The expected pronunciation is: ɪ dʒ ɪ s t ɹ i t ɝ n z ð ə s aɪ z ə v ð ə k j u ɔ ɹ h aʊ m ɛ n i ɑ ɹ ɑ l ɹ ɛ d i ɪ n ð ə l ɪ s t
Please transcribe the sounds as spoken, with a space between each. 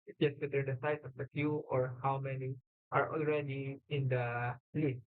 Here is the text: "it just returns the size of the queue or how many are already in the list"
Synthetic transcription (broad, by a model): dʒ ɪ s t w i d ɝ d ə s aɪ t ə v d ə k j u ɔ ɹ h aʊ m ɛ n i ɑ ɹ ɑ l ɹ ɛ d i ɪ n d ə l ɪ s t